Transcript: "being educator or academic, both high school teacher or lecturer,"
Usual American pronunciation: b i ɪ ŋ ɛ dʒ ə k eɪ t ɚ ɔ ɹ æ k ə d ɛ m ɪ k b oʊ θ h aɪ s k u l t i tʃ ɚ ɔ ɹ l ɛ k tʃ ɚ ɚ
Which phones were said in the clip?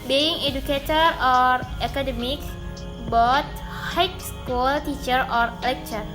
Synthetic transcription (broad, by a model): b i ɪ ŋ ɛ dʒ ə k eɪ t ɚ ɔ ɹ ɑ k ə d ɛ m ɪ k b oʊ t h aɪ s k u l t i tʃ ɚ ɔ ɹ l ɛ k tʃ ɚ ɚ